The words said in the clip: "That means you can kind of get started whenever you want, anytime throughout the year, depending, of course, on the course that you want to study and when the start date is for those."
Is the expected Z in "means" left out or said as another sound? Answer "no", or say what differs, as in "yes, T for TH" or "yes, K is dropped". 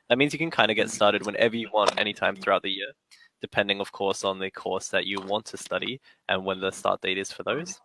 no